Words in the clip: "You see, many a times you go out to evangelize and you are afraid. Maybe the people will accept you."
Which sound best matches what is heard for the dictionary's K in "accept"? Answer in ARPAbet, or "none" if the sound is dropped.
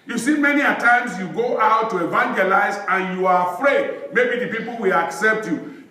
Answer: K